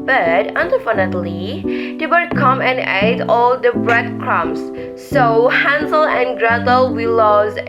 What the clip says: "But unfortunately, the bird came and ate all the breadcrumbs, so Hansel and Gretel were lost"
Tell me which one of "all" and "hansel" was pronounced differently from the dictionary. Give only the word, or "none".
none